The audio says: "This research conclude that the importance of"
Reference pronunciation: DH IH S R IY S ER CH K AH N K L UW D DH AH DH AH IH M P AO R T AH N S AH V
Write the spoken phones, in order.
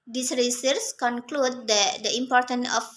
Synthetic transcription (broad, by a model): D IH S R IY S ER S K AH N K L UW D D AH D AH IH M P AO R T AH N AH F